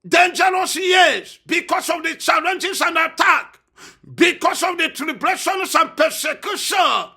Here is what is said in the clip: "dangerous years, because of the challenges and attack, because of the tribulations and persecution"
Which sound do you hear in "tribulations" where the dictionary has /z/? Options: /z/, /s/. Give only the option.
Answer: /s/